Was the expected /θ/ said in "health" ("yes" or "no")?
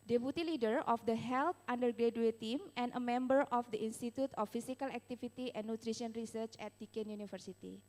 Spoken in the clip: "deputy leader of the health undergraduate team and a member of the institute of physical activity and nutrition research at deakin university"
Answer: no